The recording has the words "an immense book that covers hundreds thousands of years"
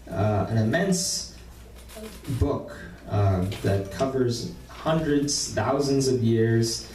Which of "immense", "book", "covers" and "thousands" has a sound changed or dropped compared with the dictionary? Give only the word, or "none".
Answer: none